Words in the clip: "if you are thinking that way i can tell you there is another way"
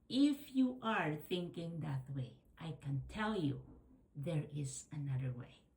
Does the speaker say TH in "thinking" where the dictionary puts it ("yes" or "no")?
yes